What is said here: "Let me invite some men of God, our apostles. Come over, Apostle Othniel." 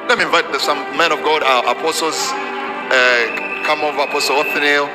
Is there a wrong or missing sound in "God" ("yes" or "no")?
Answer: no